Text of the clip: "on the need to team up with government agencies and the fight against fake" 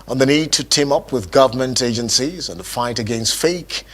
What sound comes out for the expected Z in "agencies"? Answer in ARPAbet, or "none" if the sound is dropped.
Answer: Z